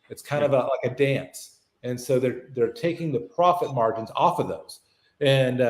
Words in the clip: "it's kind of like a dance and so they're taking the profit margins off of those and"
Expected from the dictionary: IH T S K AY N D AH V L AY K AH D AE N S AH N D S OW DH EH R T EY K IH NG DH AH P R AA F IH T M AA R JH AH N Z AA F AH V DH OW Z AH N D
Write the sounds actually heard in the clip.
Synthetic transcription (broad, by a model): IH T S K AY N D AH V L AY K AH D AE N S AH N S OW DH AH R T EY K IH NG DH AH P R AA F IH T M AA R JH AH N Z AA F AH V DH OW Z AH N